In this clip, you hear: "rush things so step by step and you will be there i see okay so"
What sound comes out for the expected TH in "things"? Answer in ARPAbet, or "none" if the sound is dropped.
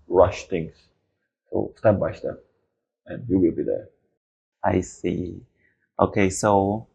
T